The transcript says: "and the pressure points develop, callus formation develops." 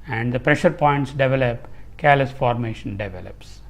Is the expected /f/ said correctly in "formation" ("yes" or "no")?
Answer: yes